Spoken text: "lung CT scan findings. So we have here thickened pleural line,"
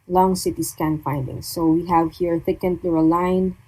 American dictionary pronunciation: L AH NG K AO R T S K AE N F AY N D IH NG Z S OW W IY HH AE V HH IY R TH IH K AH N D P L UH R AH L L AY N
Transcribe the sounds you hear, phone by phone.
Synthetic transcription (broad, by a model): L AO NG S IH T S K AE N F AY N D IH NG S OW W IY HH AE V HH IY R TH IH K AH N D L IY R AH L L AY N